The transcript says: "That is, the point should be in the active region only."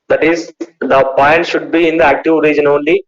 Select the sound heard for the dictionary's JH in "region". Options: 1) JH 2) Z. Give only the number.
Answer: 1